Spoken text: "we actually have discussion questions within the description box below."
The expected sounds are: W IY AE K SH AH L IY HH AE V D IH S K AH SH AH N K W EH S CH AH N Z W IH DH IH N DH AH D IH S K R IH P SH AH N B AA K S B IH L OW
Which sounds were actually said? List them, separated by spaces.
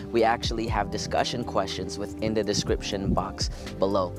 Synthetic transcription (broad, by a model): W IY AE K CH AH L IY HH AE V D IH S K AH SH AH N K W EH S CH AH N Z W IH DH IH N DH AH D IH S K R IH P SH AH N B AA K S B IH L OW